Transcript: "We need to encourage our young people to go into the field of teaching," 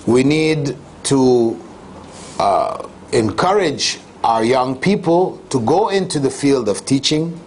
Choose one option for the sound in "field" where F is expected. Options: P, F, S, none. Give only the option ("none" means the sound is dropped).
F